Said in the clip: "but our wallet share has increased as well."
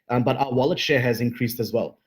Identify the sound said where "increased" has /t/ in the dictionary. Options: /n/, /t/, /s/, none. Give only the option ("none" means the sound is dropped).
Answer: /t/